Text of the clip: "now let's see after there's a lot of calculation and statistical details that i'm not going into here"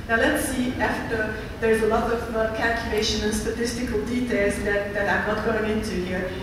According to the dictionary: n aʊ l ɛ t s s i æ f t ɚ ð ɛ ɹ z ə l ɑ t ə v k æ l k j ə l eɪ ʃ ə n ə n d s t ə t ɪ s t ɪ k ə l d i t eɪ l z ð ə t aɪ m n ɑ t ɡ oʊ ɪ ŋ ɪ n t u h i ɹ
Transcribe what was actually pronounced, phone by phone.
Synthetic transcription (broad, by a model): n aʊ l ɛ t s s i æ f t ɚ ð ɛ ɹ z ə l ɑ t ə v k æ l k j ə l eɪ ʃ ə n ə n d s t ə t ɪ s t ɪ k ə l d i t eɪ l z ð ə t aɪ m n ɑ t ɡ oʊ ɪ ŋ ɪ n t u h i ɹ